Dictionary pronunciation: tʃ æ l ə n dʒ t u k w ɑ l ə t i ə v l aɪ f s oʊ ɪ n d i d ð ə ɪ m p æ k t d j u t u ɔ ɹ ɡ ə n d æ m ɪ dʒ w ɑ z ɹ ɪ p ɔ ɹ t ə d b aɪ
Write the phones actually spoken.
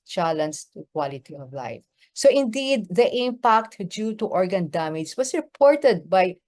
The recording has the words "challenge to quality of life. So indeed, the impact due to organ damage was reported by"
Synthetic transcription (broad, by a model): tʃ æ l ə n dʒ t u k w ɑ l ə t i ə v l aɪ f s oʊ ɪ n d i d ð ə ɪ m p æ k t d j u t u ɔ ɹ ɡ ə n d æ m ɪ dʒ w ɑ s ɹ ɪ p ɔ ɹ t ə d b aɪ